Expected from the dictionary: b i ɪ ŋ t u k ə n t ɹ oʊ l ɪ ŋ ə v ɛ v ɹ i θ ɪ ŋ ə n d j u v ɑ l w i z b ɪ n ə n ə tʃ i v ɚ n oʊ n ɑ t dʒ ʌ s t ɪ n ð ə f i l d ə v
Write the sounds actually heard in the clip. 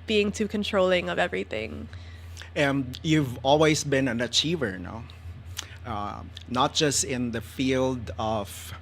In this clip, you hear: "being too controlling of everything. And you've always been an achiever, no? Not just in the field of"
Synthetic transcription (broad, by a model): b i ɪ ŋ t u k ə n t ɹ oʊ l ɪ ŋ ə v ɛ v ɹ i θ ɪ ŋ ə n d j u v ɑ l w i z b ɪ n ə n ə tʃ i v ɚ n oʊ n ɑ t dʒ ʌ s t ɪ n ð ə f i l d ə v